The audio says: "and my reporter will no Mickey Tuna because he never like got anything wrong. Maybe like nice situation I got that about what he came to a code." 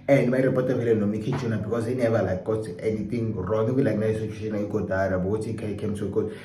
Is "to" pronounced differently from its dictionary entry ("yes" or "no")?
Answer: yes